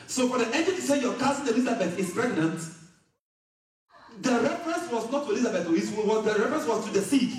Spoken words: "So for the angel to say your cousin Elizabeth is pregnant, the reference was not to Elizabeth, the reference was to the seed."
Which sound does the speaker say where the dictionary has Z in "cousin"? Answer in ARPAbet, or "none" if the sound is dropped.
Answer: S